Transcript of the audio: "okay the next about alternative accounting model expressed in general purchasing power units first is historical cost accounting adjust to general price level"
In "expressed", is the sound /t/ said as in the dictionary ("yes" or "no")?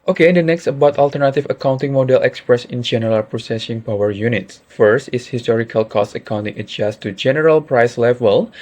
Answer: no